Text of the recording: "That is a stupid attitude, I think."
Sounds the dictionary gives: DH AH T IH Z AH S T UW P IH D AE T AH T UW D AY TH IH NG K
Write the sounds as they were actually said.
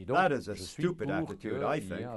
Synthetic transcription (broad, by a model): DH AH T IH Z AH S T UW P IH D AE T AH T UW D AY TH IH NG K